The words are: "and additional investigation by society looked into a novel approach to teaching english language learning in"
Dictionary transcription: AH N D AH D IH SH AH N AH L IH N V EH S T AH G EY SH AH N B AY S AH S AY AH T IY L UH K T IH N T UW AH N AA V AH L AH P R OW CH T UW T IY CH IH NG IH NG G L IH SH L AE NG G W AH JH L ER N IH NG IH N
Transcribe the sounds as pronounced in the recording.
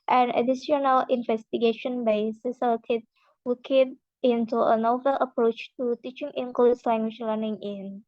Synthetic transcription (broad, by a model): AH N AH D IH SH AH N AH L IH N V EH S T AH G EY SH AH N B AY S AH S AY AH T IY L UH K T IH N T UW AH N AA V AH L AH P R OW CH T UW T IY CH IH NG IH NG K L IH S L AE NG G W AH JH L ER N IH NG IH N